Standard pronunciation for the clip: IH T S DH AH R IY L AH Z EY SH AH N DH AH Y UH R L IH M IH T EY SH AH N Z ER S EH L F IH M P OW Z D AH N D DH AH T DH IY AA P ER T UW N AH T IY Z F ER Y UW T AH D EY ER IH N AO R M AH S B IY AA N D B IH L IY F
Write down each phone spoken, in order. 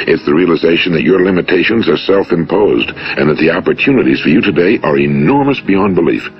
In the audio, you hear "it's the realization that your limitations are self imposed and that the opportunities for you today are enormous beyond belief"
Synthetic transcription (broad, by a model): IH T S DH AH R IY L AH Z EY SH N DH AH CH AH R L IH M IH T EY SH AH N Z ER S EH L F IH M P OW Z D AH N DH AH T DH IY AA P ER T UW N AH T IY Z F ER Y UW T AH D EY ER IH N AO R M AH S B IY AA N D B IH L IY F